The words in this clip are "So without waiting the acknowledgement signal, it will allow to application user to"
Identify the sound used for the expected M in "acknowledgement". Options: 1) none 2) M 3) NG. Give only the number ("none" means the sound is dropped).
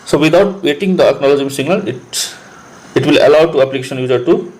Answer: 1